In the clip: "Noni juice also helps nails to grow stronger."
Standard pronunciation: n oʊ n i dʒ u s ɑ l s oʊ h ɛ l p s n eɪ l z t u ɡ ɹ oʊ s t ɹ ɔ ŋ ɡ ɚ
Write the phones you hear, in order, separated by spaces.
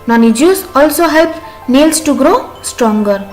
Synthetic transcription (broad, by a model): n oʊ n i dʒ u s ɑ l s oʊ h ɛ l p n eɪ l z t u ɡ ɹ oʊ s t ɹ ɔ ŋ ɡ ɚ